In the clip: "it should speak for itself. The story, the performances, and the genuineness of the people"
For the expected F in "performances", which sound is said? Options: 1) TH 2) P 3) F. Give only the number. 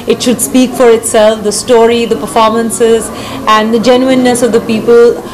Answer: 3